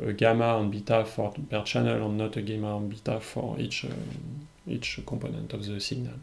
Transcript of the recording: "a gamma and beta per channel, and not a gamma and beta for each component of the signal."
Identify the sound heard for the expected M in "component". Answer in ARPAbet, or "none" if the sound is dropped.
none